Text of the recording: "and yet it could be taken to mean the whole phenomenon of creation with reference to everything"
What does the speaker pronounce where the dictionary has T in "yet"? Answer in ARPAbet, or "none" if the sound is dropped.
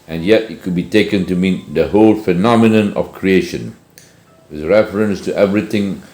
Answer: T